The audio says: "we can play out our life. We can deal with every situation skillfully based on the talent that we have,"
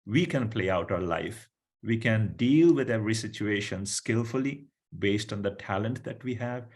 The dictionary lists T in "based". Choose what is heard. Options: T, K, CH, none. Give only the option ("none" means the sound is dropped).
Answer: T